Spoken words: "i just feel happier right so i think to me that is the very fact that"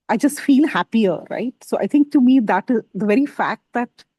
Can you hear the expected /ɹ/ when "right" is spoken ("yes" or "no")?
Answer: yes